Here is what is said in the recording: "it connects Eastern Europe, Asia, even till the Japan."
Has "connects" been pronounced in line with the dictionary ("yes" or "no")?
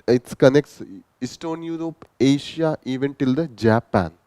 yes